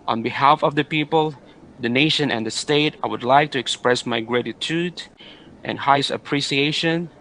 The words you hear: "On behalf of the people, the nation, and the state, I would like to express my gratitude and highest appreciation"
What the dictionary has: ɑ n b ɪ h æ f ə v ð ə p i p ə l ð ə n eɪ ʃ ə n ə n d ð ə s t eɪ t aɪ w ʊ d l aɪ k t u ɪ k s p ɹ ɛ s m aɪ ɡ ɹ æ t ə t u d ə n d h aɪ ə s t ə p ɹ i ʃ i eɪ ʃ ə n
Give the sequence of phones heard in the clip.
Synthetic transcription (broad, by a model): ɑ n b ɪ h æ f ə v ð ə p i p ə l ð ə n eɪ ʃ ə n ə n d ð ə s t eɪ t aɪ w ʊ d l aɪ k t u ɪ k s p ɹ ɛ s m aɪ ɡ ɹ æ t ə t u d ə n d h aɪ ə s ə p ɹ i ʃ i eɪ ʃ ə n